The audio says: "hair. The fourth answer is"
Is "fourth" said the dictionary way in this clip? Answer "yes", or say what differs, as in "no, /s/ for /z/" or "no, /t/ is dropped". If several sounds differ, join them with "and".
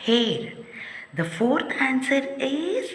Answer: no, /t/ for /θ/